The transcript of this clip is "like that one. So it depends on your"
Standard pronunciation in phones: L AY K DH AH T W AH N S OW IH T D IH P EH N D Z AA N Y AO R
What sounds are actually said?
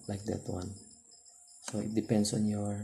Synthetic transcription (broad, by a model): L AY K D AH T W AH N S OW IH T D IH P EH N D S AA N Y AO R